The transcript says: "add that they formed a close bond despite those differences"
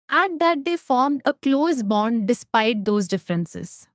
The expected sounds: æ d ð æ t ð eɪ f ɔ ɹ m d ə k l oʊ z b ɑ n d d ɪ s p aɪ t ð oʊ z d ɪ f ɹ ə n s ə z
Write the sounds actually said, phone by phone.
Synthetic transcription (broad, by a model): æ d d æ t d eɪ f ɔ ɹ m d ə k l oʊ z b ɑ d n d ɪ s p aɪ t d oʊ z d ɪ f ɹ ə n s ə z